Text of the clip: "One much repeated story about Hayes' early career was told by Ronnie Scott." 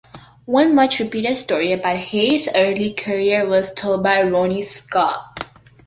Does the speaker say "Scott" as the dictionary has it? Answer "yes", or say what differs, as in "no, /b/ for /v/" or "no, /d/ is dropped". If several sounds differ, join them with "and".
no, /t/ is dropped